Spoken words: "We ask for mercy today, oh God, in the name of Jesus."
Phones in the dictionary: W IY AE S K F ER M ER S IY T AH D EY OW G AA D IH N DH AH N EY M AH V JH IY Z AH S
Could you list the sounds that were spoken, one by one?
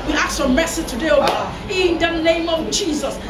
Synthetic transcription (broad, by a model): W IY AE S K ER M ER S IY T AH D EY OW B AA IH N DH AH N EY M AH V JH IY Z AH S